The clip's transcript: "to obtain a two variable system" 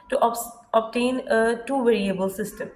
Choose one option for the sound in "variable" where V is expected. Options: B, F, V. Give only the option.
V